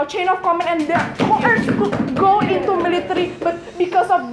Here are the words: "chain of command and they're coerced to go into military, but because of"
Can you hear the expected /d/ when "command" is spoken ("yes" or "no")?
no